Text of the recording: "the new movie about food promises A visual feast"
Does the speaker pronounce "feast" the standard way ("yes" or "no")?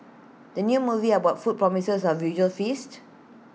yes